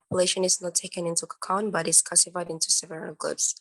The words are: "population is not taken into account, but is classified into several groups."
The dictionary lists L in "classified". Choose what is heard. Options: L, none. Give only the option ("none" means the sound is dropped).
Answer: none